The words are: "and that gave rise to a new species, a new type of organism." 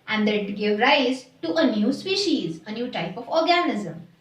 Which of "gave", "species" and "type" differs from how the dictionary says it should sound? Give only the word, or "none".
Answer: none